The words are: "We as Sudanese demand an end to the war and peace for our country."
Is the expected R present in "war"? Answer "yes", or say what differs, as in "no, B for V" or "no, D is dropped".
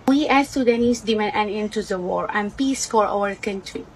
yes